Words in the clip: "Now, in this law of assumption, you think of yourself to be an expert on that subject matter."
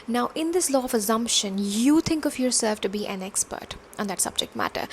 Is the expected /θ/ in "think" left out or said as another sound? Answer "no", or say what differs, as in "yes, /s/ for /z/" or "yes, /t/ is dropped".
yes, /t/ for /θ/